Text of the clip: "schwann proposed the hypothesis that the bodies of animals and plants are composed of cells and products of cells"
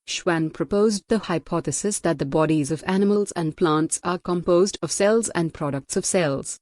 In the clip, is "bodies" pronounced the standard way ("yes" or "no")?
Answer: yes